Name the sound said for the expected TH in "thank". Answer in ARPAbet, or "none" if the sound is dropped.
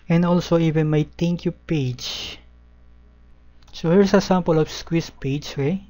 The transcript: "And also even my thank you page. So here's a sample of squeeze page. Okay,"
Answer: T